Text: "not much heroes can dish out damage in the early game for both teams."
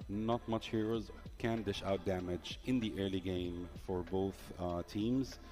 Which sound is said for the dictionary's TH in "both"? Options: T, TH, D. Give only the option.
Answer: TH